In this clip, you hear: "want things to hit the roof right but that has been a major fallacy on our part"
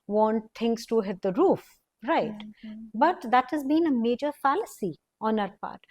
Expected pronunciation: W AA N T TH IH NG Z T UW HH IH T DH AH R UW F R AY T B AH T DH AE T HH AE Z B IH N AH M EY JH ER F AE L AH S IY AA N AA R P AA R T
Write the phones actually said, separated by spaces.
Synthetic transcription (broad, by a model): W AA N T T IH NG S T UW HH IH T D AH R UW F R AY T B AH T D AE T HH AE Z B IH N AH M EY JH ER F AE L AH S IY AA N AA R P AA R T